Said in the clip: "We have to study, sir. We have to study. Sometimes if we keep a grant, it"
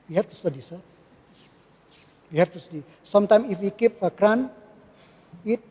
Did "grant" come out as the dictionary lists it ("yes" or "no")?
no